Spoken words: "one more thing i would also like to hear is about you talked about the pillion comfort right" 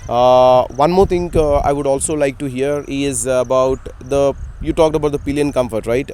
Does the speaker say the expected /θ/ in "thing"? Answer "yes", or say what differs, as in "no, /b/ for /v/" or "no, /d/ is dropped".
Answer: no, /t/ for /θ/